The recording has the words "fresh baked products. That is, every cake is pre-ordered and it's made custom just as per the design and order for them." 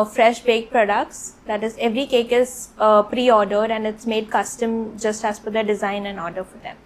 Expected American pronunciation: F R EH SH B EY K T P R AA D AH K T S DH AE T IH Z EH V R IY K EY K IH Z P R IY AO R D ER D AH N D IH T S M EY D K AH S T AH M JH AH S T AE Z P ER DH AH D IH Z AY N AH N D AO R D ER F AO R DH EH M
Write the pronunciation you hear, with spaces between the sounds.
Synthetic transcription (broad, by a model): F R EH SH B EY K P R AA D AH K T S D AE T IH Z EH V R IY K EY K IH Z P R IY AO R D ER D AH N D IH T S M EY D K AH S T AH M JH AH S T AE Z F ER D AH D IH Z AY N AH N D AO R D ER F AO R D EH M